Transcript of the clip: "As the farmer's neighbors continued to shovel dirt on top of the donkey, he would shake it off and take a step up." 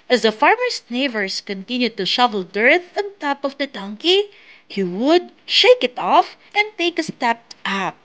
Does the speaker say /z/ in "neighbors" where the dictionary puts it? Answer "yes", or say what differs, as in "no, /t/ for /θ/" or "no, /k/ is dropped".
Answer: no, /s/ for /z/